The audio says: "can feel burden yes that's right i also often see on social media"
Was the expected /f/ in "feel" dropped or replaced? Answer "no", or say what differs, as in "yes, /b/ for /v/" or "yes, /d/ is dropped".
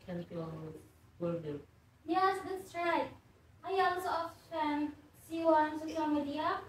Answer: yes, /p/ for /f/